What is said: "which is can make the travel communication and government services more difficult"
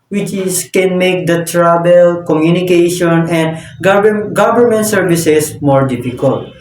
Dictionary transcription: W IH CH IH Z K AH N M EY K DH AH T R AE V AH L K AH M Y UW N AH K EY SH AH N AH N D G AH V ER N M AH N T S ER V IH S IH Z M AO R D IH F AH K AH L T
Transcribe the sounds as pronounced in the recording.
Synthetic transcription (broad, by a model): W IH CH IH S K AH N M EY K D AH T R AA B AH L K AH M Y UW N AH K EY SH AH N AH N D G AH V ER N M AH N T S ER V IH S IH S M AO R D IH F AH K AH L T